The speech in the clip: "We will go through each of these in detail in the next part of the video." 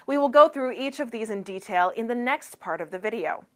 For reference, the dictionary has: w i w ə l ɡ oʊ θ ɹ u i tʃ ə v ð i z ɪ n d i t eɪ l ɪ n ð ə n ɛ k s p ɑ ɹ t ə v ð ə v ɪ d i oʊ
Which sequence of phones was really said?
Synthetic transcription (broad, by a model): w i w ə l ɡ oʊ θ ɹ u i tʃ ə v ð i z ɪ n d i t eɪ l ɪ n ð ə n ɛ k s p ɑ ɹ t ə v ð ə v ɪ d i oʊ